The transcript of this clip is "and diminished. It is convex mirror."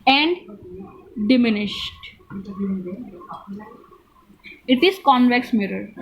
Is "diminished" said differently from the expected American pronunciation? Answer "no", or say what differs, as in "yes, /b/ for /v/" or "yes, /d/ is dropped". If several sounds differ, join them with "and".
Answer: no